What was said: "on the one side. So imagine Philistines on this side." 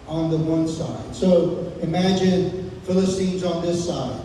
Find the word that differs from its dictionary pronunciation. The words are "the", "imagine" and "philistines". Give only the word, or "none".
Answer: none